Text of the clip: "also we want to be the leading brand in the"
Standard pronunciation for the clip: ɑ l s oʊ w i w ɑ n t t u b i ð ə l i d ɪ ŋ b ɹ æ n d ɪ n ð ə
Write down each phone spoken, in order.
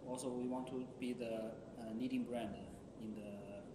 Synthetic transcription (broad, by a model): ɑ l s oʊ w i w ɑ n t t u b i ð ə n i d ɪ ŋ b ɹ æ n d ɪ n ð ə